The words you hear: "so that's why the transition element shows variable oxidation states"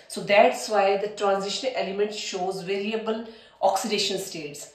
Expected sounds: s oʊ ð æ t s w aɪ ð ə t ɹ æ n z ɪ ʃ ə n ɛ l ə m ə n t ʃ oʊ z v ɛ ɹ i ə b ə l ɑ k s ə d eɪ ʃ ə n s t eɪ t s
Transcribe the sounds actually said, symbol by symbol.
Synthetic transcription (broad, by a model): s oʊ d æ t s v aɪ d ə t ɹ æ n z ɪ ʃ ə n ɛ l ə m ə n t ʃ oʊ z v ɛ ɹ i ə b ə l ɑ k s ə d eɪ ʃ ə n s t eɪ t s